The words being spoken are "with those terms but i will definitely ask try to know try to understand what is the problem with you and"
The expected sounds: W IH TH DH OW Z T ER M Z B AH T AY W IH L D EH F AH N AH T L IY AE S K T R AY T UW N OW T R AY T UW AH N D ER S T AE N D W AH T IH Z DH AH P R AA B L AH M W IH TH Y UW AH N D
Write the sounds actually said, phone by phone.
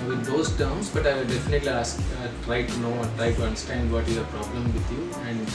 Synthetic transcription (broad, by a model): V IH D OW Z T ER M S B AH T AY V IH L D EH F AH N AH T L IY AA S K T R AY T UW N OW T R AY T UW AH N D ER S T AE N D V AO T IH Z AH P R AA B L AH M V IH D Y UW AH N D